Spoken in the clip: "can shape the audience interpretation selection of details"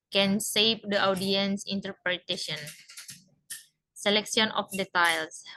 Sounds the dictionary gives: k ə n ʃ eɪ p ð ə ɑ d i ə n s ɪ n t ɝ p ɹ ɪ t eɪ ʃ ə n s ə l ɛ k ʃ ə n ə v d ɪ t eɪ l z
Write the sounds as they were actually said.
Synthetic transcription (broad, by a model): k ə n s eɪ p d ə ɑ d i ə n s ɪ n t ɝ p ɹ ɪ t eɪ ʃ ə n s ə l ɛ k s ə n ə f d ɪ t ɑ l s